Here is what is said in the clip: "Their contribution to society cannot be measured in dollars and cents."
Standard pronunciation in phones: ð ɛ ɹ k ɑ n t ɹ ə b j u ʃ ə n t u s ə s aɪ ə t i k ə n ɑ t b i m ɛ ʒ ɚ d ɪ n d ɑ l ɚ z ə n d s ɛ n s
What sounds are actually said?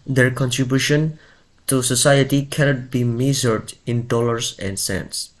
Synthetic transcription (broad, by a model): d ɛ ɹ k ɑ n t ɹ ə b j u ʃ ə n t u s ə s aɪ ə t i k ə n ɑ t b i m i z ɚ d ɪ n d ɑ l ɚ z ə n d s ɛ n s